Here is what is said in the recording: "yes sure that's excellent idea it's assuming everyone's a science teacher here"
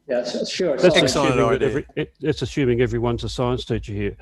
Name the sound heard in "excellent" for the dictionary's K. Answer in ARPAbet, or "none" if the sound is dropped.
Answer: none